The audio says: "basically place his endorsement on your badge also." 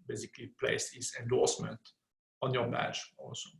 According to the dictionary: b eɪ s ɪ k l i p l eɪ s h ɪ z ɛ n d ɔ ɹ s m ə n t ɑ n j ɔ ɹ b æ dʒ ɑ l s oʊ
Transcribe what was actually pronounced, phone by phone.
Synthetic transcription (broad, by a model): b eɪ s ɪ k l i p l eɪ s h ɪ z ɛ n d ɔ ɹ s m ə n t ɑ n j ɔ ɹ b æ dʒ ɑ l s oʊ